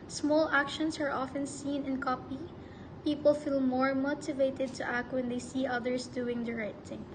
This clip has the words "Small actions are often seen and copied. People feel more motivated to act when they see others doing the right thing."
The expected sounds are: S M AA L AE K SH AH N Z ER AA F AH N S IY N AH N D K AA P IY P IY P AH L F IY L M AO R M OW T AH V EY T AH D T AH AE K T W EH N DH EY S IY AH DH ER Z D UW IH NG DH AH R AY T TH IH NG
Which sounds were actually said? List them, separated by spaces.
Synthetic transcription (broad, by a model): S M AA L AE K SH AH N S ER AA F AH N S IY N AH N K AA P IY P IY P AH L F IY L M AO R M OW T AH V EY T AH D T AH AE K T W EH N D EY S IY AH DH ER S D UW IH NG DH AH R AY T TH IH NG